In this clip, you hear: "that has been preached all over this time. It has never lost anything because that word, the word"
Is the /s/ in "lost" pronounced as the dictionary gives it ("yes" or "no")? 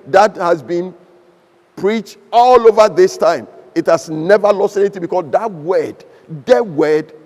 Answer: yes